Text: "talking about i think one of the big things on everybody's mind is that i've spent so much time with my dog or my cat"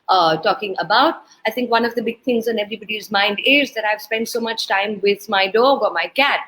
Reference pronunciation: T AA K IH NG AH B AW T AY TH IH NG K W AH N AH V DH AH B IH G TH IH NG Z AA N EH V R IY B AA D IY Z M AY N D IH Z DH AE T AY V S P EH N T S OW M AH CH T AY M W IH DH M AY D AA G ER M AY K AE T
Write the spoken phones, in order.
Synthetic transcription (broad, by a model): T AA K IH NG AH B AW T AY T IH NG K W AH N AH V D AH B IH G T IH NG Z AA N EH V R IY B AA D IY Z M AY N D IH Z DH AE T AY V S P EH N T S OW M AH CH T AY M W IH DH M AY D AA G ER M AY K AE T